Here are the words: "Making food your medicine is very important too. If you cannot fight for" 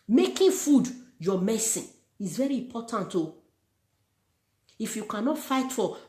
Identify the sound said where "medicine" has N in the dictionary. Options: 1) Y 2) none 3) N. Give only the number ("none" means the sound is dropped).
2